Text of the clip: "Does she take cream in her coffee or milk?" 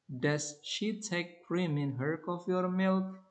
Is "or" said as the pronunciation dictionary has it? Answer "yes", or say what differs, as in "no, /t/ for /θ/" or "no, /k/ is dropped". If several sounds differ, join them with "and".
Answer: yes